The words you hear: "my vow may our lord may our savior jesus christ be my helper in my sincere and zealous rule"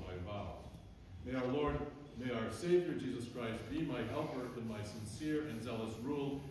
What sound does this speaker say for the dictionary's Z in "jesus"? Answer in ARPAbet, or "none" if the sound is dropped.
Z